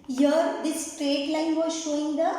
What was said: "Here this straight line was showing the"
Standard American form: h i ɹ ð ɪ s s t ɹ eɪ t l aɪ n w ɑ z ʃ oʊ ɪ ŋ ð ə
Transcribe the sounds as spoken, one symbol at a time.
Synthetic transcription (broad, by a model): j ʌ ɹ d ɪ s s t ɹ eɪ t l aɪ n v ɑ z ʃ oʊ ɪ ŋ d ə